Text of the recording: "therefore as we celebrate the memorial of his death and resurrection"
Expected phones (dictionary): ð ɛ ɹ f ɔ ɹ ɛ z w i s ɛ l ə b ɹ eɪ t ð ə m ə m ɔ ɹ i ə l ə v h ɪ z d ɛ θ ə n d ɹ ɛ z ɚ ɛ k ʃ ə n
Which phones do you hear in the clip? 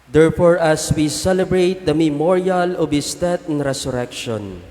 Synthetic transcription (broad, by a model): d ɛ ɹ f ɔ ɹ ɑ s w i s ɛ l ə b ɹ eɪ t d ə m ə m ɔ ɹ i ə l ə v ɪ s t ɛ t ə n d ɹ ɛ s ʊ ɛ k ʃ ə n